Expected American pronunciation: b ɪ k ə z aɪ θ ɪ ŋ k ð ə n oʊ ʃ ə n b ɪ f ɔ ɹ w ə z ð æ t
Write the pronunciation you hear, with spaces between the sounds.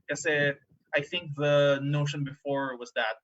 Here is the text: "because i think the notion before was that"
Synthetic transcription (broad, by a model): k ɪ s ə aɪ θ ɪ ŋ k ð ə n oʊ ʃ ə n b ɪ f ɔ ɹ w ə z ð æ t